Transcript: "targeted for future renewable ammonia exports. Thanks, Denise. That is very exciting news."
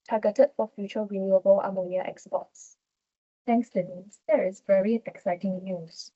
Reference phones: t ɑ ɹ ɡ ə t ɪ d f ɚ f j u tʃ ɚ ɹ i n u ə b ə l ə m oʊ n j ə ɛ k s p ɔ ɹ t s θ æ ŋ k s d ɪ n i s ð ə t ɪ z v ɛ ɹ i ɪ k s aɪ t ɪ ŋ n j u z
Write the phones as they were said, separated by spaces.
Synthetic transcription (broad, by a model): t ɑ ɡ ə t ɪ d f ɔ f j u tʃ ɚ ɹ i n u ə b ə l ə m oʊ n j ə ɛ k s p ɔ t s t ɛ ŋ k s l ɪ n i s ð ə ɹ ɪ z v ɛ ɹ i ɪ k s aɪ t ɪ ŋ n j u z